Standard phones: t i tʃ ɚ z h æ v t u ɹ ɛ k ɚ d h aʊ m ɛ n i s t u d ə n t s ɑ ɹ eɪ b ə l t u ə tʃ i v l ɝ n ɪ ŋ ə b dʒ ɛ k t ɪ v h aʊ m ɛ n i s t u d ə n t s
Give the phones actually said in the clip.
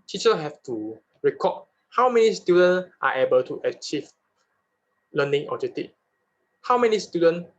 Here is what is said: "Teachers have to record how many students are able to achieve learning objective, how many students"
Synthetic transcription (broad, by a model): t i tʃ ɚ h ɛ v t u ɹ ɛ k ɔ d h aʊ m ɛ n i s t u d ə n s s ɑ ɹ eɪ b ə l t u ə tʃ i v l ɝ n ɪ ŋ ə dʒ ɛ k t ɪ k h aʊ m ɛ n i s t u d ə n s